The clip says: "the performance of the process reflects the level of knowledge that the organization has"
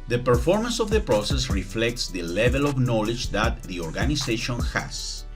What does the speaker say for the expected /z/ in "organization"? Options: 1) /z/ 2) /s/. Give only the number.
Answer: 2